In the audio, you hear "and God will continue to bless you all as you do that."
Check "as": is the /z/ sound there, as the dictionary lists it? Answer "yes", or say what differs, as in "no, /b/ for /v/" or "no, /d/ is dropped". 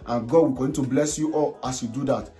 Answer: no, /s/ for /z/